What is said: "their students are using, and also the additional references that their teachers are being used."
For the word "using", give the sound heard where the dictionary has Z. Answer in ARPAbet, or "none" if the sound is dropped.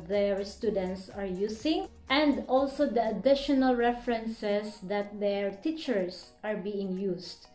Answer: S